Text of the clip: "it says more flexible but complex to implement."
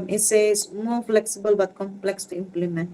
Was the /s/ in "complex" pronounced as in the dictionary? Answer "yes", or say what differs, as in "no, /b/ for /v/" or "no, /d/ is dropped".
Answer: yes